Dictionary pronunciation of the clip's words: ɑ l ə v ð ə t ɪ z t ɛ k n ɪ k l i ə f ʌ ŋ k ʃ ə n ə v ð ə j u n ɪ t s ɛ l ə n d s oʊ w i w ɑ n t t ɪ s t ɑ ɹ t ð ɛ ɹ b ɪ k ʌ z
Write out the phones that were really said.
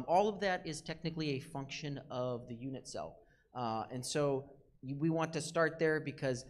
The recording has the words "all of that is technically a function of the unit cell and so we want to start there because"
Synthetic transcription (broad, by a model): ɑ l ə v ð ə t ɪ z t ɛ k n ɪ k l i ə f ʌ ŋ k ʃ ə n ə v ð ə j u n ɪ t s ɛ l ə n s oʊ w i w ɑ n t t ɪ s t ɑ ɹ t ð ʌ ɹ b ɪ k ʌ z